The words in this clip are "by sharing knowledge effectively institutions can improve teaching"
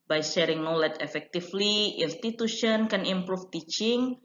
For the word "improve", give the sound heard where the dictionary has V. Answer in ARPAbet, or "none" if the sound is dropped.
F